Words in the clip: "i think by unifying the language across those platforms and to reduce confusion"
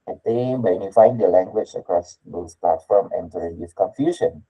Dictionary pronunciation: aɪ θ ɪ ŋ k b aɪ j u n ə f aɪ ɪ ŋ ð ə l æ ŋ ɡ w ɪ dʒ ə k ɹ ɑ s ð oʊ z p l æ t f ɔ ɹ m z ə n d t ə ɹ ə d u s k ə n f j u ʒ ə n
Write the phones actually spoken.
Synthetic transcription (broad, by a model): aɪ t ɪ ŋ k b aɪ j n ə f aɪ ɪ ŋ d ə l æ ŋ ɡ w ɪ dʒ ə k ɹ ɑ s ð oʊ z p l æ t f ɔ ɹ m ə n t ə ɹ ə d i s k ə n f j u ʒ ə n